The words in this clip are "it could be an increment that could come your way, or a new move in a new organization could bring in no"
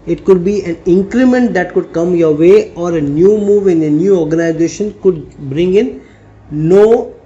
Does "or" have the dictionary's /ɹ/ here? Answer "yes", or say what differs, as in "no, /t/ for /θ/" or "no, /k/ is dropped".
yes